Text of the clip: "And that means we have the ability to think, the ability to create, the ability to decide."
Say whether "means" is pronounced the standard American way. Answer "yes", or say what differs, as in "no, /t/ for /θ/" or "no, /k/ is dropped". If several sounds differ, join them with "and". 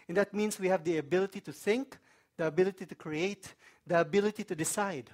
no, /s/ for /z/